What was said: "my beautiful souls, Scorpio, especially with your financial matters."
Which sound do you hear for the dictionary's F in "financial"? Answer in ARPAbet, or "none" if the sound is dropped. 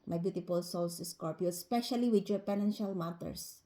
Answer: P